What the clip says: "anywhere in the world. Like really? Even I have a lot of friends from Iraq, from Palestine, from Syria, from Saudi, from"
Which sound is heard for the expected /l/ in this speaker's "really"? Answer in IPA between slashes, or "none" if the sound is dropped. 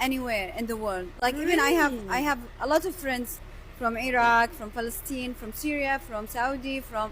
/n/